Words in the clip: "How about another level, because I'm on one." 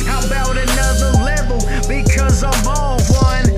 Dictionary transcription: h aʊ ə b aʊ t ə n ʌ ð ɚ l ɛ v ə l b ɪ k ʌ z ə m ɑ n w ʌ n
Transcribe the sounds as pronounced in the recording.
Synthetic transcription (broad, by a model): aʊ ə b aʊ t ə n ʌ ð ɚ l ɛ v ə l b ɪ k ʌ z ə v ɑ l w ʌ n